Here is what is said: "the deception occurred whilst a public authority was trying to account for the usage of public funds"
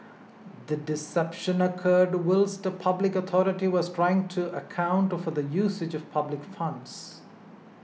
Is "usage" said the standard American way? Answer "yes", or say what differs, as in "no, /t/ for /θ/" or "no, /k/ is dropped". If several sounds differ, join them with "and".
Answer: yes